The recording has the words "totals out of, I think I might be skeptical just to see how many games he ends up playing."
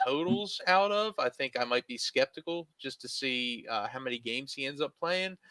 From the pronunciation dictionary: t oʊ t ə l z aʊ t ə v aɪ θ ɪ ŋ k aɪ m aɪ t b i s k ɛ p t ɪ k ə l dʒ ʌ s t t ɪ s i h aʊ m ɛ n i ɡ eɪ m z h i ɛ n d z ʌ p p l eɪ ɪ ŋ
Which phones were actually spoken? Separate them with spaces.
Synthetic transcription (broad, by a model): oʊ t l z aʊ t ə v aɪ θ ɪ ŋ k aɪ m aɪ t b i s k ɛ p t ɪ k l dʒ ʌ s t t ɪ s i h aʊ m ɛ n i ɡ eɪ m z h i ɛ n d z ʌ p p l eɪ ɪ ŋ